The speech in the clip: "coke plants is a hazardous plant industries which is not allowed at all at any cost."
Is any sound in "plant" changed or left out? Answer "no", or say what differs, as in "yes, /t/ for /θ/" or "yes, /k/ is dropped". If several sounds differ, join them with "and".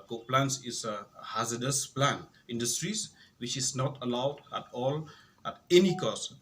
yes, /t/ is dropped